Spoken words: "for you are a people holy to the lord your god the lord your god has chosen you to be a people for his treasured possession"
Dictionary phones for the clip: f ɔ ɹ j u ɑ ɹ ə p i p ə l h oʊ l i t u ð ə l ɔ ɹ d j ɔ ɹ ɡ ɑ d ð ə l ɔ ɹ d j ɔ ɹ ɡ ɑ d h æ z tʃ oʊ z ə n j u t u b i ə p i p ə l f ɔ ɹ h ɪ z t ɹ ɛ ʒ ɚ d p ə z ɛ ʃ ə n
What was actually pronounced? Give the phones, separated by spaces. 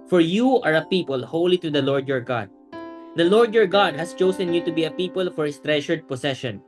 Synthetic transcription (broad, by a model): f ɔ ɹ j u ɑ ɹ ə p i p ə l h oʊ l i t u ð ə l ɔ ɹ d j ɔ ɹ ɡ ɑ d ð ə l ɔ ɹ d j ɔ ɹ ɡ ɑ d h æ s tʃ oʊ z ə n j u t u b i ə p i p ə l f ɔ ɹ h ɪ s t ɹ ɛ ʃ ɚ d p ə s ɛ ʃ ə n